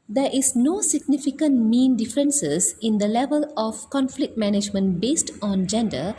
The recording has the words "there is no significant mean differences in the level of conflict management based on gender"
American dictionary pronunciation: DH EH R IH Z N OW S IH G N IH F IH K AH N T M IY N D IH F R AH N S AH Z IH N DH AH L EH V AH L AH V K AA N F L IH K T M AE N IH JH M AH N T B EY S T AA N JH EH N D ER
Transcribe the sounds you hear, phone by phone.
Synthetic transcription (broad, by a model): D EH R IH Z N OW S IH G N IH F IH K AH N T M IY N D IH F R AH N S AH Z IH N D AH L EH V AH L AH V K AA N F L IH K T M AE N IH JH M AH N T B EY S T AA N JH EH N D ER